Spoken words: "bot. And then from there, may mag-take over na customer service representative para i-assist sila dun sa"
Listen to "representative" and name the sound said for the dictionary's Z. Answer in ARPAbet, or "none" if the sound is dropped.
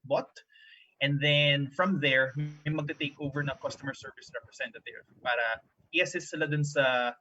S